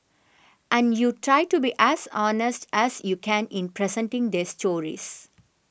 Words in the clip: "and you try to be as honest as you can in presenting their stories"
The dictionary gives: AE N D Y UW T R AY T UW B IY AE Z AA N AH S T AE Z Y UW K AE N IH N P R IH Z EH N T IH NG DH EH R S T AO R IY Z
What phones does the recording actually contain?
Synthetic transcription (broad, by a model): AE N D Y UW T R AY T UW B IY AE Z AA N AH S T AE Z Y UW K AE N IH N P R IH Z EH N T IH NG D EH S T AO R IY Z